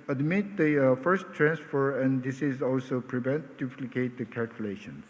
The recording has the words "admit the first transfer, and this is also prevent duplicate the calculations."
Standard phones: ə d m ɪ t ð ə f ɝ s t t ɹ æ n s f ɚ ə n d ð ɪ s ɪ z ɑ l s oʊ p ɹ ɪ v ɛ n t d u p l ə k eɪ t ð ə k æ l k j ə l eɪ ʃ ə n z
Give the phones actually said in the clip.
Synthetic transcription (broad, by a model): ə d m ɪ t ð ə f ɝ s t t ɹ æ n s f ɚ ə n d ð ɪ s ɪ z ɑ l s oʊ p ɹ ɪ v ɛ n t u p l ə k eɪ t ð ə k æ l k j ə l eɪ ʃ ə n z